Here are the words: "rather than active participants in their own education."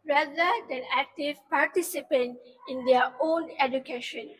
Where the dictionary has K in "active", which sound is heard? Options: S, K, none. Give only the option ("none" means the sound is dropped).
K